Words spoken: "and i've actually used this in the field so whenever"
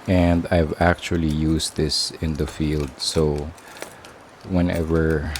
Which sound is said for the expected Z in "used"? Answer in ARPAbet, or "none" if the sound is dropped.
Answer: S